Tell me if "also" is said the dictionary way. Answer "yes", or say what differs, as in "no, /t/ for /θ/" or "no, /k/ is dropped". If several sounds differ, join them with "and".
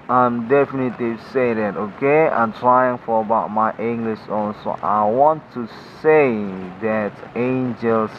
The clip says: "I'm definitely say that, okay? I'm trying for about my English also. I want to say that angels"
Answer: no, /n/ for /l/